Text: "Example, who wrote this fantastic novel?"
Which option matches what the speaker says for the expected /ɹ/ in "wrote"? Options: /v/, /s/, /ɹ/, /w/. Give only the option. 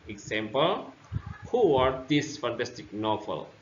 /w/